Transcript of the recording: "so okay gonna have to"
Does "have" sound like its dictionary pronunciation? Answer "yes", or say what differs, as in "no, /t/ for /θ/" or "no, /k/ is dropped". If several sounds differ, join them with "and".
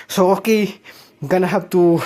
no, /b/ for /v/